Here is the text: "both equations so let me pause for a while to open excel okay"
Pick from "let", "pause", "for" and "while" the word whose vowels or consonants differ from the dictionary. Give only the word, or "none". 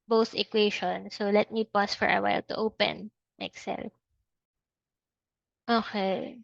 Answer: pause